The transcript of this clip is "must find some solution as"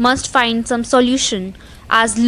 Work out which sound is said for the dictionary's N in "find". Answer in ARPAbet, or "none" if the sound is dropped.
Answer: N